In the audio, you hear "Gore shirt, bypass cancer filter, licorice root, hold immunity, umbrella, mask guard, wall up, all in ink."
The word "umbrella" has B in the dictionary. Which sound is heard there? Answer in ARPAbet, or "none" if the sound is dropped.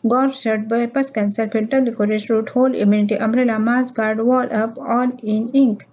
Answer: none